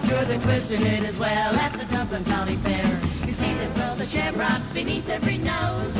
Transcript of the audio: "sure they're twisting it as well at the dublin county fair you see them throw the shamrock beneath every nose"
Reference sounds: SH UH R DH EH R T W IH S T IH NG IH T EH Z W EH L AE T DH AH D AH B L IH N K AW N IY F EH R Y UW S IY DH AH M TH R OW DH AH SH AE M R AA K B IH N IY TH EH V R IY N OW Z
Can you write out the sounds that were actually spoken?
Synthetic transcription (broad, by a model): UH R DH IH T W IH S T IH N IH T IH Z W EH L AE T DH AH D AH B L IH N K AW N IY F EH R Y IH S IY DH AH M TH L DH AH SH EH R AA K B IH N IY TH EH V R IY N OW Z